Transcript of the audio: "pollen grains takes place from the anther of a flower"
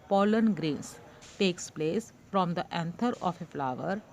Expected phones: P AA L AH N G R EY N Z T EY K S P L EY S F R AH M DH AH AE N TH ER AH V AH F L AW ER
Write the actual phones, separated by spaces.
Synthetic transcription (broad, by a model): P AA L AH N G R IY N S T EY K S P L EY S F R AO M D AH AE N T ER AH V AH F L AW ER